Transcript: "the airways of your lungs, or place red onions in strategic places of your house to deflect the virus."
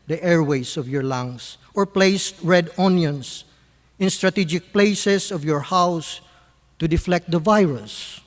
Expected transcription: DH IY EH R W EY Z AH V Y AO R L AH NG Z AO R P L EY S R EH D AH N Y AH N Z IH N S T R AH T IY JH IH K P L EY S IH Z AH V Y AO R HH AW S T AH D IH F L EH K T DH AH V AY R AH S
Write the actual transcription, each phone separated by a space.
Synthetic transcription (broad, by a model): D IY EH R W EY S AH V Y AO R L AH NG S AO R P L EY S R EH D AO N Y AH N S IH N S T R AH T IY JH IH K P L EY S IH S AH V Y AO R HH AW S T AH D IH F L EH K T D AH V AY R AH S